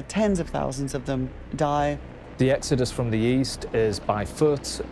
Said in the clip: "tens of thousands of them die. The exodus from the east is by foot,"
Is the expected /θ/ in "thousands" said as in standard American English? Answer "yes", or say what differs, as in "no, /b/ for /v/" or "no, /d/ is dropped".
yes